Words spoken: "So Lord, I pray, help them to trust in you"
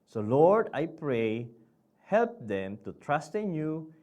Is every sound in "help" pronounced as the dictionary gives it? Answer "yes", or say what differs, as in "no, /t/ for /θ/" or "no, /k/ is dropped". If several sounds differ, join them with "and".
yes